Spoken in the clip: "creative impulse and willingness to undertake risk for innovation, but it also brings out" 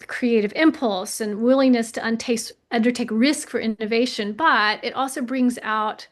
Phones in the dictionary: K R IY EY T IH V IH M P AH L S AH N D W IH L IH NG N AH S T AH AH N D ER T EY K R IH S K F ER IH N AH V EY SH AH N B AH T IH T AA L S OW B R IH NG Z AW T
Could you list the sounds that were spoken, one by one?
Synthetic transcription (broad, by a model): K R IY EY T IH V IH M P AH L S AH N W IH L IH NG N AH S T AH AH N D ER T EY K R IH S K F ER IH N AH V EY SH AH N B AH T IH T AA L S OW B R IH NG Z AW T